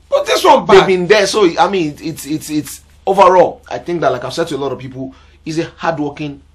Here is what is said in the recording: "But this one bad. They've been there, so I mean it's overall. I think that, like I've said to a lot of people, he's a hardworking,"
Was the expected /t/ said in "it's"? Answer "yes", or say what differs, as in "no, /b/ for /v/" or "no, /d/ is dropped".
yes